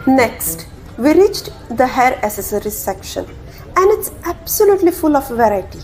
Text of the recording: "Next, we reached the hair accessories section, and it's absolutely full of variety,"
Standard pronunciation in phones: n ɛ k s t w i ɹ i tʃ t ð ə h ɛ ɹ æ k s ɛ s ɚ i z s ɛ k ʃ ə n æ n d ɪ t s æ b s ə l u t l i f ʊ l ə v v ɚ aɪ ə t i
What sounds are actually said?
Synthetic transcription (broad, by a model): n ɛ k s t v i ɹ i tʃ t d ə h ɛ ɹ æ s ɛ s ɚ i s ɛ k ʃ ə n æ n d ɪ t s æ b s ə l u t l i f ʊ l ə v v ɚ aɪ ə t i